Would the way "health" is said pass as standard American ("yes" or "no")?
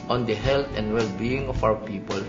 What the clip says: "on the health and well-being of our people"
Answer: no